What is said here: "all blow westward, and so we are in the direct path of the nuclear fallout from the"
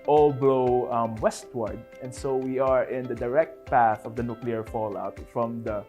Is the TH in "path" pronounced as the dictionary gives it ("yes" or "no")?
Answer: yes